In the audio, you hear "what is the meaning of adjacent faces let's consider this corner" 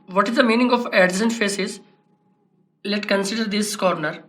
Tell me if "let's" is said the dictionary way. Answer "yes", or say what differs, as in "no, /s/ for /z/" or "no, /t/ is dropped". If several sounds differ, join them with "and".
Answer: no, /s/ is dropped